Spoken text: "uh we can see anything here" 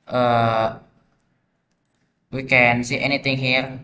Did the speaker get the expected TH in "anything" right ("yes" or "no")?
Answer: no